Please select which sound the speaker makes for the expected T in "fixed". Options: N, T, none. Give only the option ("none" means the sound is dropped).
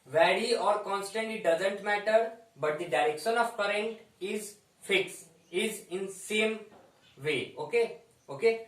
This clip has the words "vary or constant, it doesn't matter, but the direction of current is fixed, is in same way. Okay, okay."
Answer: none